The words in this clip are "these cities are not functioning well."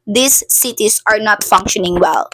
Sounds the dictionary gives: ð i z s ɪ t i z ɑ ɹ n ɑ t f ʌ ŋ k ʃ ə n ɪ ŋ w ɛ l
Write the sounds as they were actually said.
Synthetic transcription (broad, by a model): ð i s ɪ t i s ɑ ɹ n ɑ t f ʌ ŋ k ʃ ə n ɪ ŋ w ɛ l